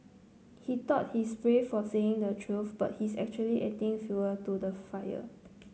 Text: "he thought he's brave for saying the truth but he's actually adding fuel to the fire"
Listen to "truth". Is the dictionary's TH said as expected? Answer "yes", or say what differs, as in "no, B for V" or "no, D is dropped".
no, F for TH